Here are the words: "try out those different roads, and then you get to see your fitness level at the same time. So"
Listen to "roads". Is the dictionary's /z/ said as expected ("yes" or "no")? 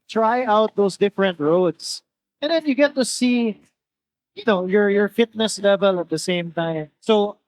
no